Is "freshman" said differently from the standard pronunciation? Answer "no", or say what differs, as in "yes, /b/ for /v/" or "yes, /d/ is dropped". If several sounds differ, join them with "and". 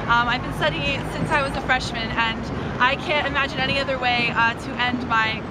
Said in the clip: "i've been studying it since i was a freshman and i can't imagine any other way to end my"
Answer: no